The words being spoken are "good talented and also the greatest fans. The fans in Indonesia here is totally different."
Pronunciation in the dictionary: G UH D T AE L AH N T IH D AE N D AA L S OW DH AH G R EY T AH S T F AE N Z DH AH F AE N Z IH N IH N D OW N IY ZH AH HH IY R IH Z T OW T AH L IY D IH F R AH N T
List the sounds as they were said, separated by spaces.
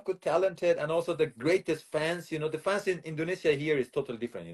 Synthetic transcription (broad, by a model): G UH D T AE L AH N T IH D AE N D AA L S OW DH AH G R EY T AH S T F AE N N DH AH F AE N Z IH N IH N D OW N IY S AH HH IY R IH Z T OW T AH L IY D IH F R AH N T